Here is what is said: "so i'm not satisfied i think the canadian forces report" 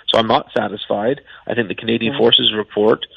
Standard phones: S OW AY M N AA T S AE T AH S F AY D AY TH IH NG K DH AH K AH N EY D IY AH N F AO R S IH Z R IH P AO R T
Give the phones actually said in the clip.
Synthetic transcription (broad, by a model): S OW AY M N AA T S AE T AH S F AY D AY TH IH NG K DH AH K AH N EY D IY AH N F AO R S IH Z R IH P AO R T